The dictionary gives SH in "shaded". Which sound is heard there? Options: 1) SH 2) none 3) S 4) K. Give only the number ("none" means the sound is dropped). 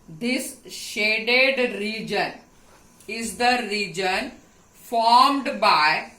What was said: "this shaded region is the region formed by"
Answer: 1